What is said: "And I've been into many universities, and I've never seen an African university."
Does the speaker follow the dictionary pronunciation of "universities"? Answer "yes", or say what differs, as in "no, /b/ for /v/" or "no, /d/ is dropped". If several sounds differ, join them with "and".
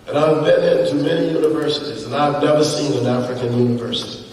yes